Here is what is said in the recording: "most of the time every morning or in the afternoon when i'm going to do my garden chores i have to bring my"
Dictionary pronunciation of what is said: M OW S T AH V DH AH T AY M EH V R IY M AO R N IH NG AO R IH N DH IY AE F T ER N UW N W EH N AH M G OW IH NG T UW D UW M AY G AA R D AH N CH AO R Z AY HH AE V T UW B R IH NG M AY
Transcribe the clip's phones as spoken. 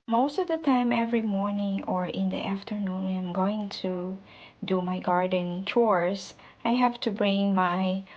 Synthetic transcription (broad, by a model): M OW S T AH V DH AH T AY M EH V R IY M AO R N IH NG AO R IH N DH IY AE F T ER N UW N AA AH M G OW IH NG T UW D UW M AY G AA R D AH N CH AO R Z AY HH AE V T UW B R IH NG M AY